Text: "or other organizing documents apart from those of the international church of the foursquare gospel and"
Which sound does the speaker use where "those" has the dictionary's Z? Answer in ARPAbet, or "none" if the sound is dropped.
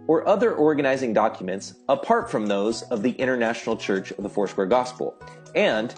Z